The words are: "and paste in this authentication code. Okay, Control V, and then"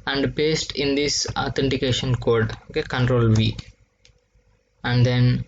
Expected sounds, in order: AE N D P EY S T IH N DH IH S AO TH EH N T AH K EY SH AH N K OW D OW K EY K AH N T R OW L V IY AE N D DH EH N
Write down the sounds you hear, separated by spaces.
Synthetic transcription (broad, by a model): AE N D B EY S T IH N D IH S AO T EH N T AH K EY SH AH N K OW D OW K EY K AH N T R OW L V IY AE N D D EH N